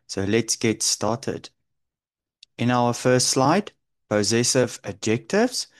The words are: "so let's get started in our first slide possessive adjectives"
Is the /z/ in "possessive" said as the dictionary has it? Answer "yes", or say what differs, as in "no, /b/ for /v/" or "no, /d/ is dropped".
yes